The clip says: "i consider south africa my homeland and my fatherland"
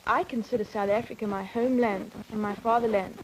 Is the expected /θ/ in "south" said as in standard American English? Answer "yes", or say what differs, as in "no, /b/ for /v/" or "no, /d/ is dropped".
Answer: yes